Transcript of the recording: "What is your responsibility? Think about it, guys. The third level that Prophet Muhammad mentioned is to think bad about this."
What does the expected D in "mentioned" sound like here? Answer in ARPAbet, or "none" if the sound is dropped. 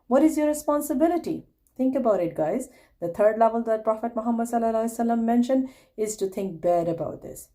D